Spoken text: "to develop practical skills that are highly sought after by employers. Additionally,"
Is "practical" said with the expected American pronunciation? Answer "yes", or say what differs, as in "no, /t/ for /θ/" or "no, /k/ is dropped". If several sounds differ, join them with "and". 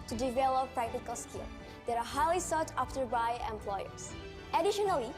yes